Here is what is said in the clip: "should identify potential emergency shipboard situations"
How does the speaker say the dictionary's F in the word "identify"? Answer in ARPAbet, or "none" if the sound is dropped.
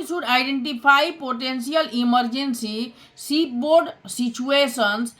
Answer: P